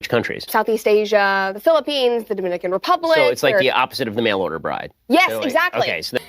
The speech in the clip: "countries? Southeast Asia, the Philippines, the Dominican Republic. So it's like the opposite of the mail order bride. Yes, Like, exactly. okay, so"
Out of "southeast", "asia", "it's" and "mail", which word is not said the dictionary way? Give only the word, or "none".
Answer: none